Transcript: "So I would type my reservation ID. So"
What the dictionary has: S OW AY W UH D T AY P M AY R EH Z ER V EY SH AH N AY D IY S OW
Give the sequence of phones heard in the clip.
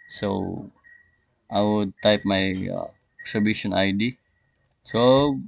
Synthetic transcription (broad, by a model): S OW AY W UH D T AY P M AY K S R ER B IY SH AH N AY D IY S OW